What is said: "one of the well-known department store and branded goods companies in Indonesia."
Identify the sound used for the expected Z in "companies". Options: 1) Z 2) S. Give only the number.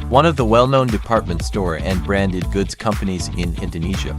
1